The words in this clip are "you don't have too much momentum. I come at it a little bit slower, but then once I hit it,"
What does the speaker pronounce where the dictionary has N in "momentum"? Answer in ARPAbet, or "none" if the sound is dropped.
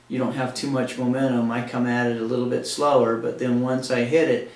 none